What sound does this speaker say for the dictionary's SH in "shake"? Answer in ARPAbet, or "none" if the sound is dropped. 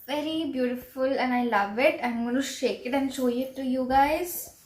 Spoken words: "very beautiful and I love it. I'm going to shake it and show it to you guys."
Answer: SH